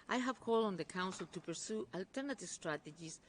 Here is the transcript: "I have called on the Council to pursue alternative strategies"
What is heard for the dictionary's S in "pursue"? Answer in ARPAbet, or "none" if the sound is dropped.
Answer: S